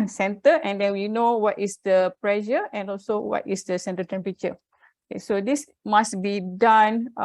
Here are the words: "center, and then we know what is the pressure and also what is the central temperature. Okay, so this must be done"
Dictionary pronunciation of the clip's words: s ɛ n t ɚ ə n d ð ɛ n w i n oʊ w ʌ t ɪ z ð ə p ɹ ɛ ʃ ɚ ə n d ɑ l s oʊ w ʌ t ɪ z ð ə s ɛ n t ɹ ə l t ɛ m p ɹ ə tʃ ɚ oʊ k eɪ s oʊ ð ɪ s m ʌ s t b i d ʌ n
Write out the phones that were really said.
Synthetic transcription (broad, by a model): s ɛ n t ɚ ə n d ɛ n w i n oʊ w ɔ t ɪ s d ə p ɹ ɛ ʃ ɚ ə n ɑ l s oʊ w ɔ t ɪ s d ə s ɛ n t ə t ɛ m p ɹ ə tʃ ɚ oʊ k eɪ s oʊ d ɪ s m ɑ s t b i d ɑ n